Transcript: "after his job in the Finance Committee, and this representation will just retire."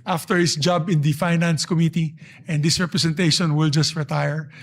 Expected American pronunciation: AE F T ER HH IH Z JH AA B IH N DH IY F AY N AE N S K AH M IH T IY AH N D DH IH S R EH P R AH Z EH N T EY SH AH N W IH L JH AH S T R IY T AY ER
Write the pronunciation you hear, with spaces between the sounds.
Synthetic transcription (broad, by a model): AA F T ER HH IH S JH AA B IH N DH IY F AY N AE N S K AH M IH T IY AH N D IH S R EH P R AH S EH N T EY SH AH N W IH L JH AH S T R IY T AY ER